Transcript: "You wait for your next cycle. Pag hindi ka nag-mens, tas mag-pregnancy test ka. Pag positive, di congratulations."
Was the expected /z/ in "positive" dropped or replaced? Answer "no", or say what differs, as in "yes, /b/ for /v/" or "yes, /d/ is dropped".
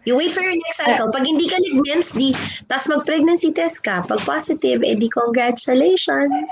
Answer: yes, /s/ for /z/